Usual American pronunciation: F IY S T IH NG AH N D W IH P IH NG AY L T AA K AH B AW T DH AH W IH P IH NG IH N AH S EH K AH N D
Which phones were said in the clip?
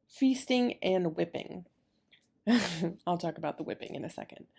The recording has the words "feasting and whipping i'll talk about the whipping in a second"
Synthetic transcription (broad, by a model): F IY S T IH NG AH N W IH P IH NG AY L T AA K AH B AW T DH AH W IH P IH NG IH N AH S EH K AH N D